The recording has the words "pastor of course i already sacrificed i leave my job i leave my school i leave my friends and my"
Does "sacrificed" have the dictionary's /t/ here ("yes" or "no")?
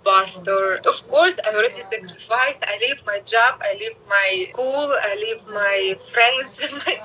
no